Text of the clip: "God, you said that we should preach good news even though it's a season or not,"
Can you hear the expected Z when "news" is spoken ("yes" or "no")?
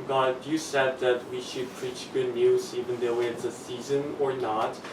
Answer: yes